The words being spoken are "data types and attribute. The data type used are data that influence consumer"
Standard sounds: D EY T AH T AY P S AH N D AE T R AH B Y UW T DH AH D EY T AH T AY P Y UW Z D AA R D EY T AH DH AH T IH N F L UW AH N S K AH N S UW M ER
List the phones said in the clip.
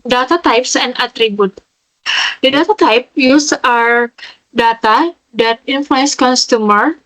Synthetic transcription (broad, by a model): D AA T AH T AY P S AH N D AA T R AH B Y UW T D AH D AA T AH T AY P Y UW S AA R D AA T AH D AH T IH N F L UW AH N S K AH N S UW M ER